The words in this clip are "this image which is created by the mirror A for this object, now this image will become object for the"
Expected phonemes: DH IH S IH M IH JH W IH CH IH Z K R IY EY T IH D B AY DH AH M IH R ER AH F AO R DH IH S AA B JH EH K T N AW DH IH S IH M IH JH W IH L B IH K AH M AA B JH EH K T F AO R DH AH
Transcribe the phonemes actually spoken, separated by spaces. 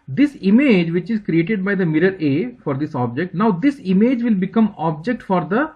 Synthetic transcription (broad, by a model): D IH S IH M IH JH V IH CH IH Z K R IY EY T IH D B AY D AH M IH R ER AH F AO R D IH S AA B JH EH K T N AW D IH S IH M IH JH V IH L B IH K AH M AA B JH EH K T F AO R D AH